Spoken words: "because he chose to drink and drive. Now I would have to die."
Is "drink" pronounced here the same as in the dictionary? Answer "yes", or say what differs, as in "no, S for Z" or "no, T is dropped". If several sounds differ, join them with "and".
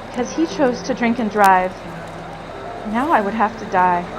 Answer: yes